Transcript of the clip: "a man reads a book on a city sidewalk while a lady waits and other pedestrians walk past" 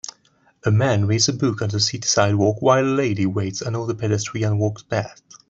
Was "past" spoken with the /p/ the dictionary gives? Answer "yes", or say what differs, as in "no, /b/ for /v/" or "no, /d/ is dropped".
no, /b/ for /p/